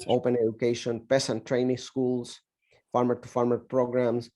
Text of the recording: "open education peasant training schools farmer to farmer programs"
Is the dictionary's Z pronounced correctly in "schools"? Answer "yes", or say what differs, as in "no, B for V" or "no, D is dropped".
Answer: no, S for Z